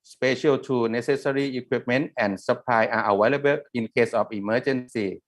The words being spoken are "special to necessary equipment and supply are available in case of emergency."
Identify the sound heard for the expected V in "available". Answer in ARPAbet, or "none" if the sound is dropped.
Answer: W